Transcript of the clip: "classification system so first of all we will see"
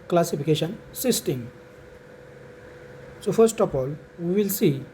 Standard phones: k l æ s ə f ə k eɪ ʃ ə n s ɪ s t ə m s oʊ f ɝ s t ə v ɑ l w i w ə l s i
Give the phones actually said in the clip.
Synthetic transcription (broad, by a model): k l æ s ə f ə k eɪ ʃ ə n s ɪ s t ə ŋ s oʊ f ɝ s t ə p ɑ l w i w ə l s i